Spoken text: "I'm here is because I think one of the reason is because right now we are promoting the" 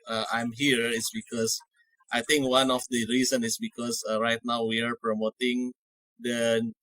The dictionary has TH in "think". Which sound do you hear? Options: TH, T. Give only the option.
T